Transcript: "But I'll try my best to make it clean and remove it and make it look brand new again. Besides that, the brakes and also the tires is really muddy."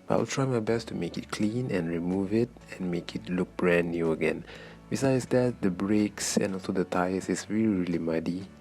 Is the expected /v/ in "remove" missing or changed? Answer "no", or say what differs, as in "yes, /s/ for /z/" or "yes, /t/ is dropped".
no